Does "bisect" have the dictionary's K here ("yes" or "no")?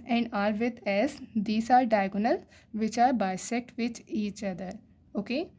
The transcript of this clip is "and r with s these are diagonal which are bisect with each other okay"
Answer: yes